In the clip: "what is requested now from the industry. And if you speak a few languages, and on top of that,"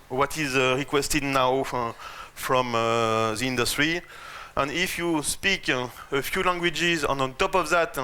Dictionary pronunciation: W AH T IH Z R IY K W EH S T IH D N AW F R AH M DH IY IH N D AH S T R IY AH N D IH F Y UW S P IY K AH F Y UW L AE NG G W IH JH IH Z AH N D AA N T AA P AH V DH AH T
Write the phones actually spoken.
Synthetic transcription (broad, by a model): W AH T IH Z R IY K W EH S T IH D N AW F R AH M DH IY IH N D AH S T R IY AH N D IH F Y UW S P IY K AH F Y UW L AE NG G W IH JH IH Z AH N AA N T AA P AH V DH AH T